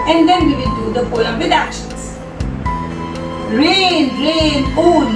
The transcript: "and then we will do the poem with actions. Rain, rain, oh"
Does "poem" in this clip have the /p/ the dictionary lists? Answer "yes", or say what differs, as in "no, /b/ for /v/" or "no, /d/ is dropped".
no, /f/ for /p/